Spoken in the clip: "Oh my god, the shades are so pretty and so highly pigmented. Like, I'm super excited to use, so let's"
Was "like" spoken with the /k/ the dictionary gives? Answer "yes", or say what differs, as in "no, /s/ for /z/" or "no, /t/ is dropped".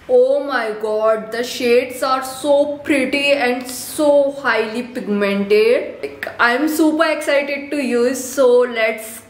no, /k/ is dropped